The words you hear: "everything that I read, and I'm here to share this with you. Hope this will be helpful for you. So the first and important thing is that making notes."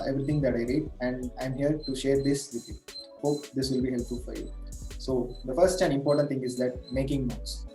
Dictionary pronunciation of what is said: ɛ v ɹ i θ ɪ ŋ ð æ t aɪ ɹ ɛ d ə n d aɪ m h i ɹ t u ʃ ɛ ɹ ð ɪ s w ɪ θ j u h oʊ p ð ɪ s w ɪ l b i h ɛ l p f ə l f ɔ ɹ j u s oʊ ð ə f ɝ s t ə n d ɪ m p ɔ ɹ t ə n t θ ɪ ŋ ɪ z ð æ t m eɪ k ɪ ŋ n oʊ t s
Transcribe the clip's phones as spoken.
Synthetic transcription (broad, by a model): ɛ v ɹ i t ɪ ŋ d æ t aɪ ɹ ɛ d ə n d aɪ m h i ɹ t u ʃ ɛ ɹ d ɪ s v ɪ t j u h oʊ p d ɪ s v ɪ l b i h ɛ l p f ə l f ɔ ɹ j u s oʊ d ə f ɝ s t ə n d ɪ m p ɔ ɹ t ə t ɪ ŋ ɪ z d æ t m eɪ k ɪ ŋ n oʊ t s